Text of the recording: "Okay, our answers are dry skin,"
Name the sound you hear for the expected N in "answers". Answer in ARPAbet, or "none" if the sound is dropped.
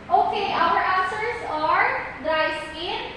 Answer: none